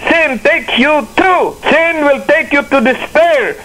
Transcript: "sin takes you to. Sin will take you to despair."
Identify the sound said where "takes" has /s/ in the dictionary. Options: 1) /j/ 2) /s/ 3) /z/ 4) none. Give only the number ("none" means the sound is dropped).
4